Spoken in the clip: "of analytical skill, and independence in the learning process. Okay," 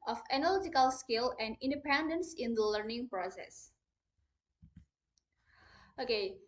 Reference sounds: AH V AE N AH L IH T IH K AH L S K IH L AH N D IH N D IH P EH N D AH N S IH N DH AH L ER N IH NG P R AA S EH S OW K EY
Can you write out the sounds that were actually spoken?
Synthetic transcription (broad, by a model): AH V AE N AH L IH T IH K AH L S K IH L AH N D IH N D IH P EH N D AH N S IH N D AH L ER N IH NG P R AA S EH S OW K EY